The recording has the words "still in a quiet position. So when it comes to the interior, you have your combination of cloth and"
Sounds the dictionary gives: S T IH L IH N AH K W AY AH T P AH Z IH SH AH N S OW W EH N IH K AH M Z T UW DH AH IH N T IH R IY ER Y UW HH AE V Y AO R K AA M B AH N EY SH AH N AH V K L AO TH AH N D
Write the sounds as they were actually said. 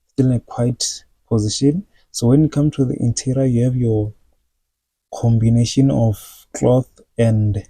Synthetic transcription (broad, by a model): S T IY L IH N AH K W AY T P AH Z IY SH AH N S OW W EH N IH K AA M T UW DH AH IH N T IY R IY Y UW HH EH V Y AO K AA M B AH N EY SH AH N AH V K L AO TH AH N D